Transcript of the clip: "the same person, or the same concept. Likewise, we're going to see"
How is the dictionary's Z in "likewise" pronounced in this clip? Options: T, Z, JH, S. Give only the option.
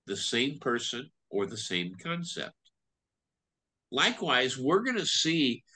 Z